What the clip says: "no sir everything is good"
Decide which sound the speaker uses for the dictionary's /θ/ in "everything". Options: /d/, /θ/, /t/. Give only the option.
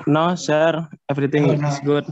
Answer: /t/